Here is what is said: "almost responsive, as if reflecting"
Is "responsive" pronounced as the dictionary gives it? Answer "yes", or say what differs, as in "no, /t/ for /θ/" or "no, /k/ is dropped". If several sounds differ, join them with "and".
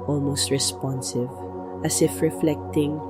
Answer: yes